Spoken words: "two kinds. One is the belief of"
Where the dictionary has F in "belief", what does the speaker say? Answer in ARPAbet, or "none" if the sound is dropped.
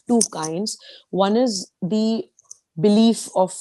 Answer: F